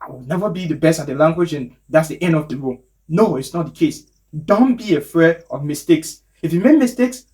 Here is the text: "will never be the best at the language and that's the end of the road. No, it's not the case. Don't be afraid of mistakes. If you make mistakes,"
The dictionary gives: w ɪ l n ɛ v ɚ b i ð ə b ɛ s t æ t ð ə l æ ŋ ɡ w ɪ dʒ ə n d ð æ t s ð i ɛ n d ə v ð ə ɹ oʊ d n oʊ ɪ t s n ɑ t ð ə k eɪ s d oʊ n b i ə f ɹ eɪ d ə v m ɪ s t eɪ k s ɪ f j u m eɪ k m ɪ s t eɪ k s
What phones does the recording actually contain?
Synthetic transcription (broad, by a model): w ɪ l n ɛ v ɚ b i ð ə b ɛ s t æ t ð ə l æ ŋ ɡ w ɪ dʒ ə n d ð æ t s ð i ɛ n d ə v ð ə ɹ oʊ n oʊ ɪ t s n ɑ t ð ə k eɪ s d oʊ n b i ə f ɹ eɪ ə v m ɪ s t eɪ k s ɪ f j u m eɪ k m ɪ s t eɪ k s